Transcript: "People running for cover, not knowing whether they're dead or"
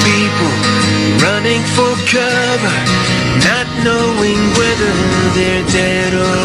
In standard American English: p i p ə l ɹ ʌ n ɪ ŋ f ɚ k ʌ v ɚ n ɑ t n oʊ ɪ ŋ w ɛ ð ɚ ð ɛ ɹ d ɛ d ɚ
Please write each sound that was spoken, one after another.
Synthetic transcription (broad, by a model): p i p l ɹ ʌ n ɪ ŋ f ɚ k ʌ v ɚ n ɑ t n oʊ ɪ ŋ w ɛ ð ɚ ð ɛ ɹ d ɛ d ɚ